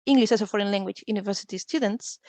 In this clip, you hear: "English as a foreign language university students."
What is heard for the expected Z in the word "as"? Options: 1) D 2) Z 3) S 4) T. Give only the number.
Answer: 3